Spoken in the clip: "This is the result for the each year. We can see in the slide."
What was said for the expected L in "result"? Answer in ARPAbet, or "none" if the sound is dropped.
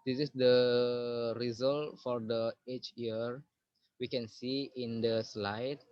L